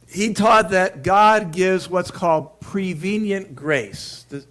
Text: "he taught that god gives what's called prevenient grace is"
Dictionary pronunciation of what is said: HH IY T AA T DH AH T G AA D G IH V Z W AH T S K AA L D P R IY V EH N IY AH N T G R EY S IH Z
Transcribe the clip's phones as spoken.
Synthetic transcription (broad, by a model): HH IY T AA T DH AH T G AA D G IH V Z W AH T S K AA L D P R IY V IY N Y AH N G R EY S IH